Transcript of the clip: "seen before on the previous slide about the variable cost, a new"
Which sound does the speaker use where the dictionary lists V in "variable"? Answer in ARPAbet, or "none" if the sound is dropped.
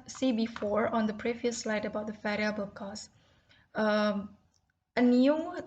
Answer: F